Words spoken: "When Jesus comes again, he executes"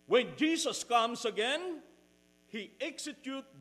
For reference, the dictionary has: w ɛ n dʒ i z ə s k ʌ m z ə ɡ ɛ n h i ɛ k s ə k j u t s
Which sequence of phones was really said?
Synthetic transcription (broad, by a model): w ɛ n dʒ i s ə s k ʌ m s ə ɡ ɛ n h i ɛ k s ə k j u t